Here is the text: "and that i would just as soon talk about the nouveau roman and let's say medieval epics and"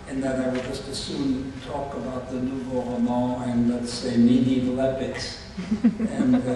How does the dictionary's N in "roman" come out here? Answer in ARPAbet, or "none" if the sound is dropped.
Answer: none